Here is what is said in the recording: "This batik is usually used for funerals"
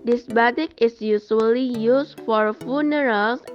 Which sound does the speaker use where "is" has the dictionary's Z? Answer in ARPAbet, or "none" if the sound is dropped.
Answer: S